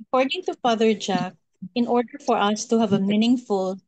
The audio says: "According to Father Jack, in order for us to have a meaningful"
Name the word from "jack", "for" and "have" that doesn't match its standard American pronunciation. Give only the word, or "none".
none